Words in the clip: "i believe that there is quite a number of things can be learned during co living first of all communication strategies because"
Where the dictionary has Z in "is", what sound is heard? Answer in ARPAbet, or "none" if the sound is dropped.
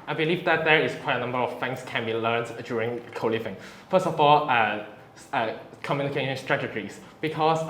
S